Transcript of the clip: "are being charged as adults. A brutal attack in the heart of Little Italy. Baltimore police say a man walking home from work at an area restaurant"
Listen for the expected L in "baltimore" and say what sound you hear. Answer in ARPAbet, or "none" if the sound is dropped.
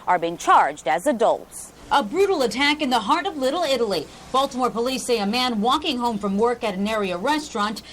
L